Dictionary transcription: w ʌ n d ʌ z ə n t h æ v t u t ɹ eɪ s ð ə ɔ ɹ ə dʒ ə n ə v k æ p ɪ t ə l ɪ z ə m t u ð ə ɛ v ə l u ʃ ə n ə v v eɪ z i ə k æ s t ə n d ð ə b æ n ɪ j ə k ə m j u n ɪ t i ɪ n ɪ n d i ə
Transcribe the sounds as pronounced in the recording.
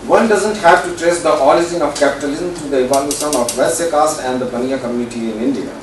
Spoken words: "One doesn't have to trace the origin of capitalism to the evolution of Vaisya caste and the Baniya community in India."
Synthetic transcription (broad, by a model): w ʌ n d ʌ z ə n t h æ v t u t ɹ eɪ s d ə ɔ l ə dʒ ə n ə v k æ p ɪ t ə l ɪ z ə m t u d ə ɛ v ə l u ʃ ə n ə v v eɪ s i k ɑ s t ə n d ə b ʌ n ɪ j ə k ə m j u n ɪ t i ɪ n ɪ n d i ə